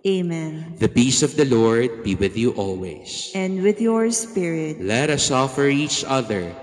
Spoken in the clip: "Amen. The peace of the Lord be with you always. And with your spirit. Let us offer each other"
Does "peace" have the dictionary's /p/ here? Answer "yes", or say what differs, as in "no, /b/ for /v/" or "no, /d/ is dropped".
no, /b/ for /p/